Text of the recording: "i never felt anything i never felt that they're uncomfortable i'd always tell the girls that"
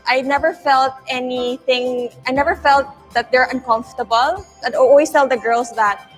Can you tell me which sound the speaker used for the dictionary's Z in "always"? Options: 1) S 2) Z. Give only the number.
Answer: 1